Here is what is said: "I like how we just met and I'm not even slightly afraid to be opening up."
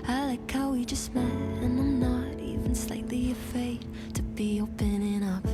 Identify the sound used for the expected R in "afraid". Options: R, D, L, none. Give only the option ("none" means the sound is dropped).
none